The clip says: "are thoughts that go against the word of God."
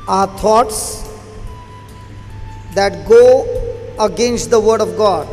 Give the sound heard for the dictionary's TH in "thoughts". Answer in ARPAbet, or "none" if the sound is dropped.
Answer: T